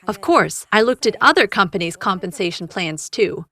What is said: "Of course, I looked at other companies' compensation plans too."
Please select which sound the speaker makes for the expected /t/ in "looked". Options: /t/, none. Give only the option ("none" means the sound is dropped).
/t/